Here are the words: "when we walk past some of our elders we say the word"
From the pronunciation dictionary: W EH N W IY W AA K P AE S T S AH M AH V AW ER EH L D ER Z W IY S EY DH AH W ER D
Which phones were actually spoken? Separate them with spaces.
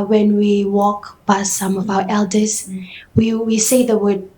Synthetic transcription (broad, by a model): W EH N W IY W AA K B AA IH S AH M AH V AW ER EH L D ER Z W IY S EY DH AH W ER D